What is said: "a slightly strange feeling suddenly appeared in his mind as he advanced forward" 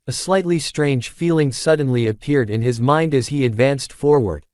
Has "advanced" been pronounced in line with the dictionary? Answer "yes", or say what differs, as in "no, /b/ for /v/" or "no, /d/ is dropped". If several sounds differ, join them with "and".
yes